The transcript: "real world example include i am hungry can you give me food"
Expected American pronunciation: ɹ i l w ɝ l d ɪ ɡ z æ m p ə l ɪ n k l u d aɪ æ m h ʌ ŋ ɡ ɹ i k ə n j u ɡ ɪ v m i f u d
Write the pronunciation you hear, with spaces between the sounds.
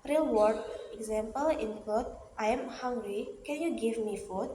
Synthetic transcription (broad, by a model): ɹ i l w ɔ d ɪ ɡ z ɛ m p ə l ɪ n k u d aɪ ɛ m h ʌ ŋ ɡ ɹ i k ə n j u ɡ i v m i f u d